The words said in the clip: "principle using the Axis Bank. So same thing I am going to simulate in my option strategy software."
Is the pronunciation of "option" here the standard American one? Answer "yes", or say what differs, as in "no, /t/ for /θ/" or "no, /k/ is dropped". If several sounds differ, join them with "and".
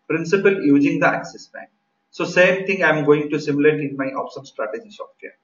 no, /s/ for /ʃ/